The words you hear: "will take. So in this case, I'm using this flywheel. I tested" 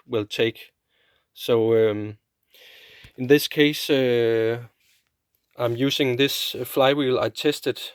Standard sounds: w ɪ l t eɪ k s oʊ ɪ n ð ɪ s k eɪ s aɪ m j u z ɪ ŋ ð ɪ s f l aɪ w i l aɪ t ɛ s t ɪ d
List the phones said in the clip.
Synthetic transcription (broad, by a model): w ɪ l t eɪ k s oʊ ɪ n ð ɪ s k eɪ s aɪ m j u s ɪ ŋ ð ɪ s f l aɪ w i l aɪ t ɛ s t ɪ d